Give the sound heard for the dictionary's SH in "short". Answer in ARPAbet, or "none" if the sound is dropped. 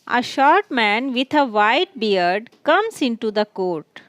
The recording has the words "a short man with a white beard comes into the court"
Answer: SH